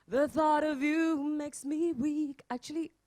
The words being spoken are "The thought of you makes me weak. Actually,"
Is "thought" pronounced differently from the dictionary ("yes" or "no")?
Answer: no